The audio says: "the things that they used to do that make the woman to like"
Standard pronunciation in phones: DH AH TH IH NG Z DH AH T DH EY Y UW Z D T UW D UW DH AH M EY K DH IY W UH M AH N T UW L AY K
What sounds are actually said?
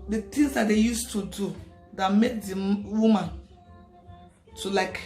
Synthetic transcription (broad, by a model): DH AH T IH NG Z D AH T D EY Y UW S T UW D UW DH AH M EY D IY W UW M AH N T UW L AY K